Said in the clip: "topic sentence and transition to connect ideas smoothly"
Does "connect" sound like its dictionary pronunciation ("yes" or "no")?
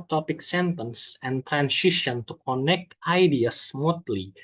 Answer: yes